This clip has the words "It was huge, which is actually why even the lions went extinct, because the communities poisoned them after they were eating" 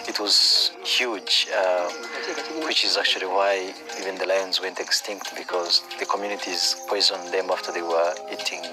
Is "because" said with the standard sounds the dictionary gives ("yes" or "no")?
yes